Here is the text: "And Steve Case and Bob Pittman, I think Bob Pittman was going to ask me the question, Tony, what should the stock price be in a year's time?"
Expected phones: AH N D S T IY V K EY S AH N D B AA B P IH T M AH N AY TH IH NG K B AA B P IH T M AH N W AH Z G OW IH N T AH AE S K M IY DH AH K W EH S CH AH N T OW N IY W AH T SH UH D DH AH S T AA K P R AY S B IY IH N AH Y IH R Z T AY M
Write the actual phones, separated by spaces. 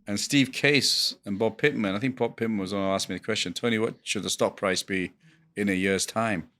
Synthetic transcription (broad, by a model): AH N S T IY V K EY S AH N B AA B P IH T M AH N AY TH IH NG K B AA B P IH T M AH N W AH Z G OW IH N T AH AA S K M IY DH AH K W EH S CH AH N T OW N IY W AH T SH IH D DH AH S T AA K P R AY S B IY IH N AH Y IH R Z T AY M